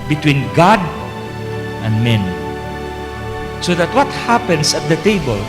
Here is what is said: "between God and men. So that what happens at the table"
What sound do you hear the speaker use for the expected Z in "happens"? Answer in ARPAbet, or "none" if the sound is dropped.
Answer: S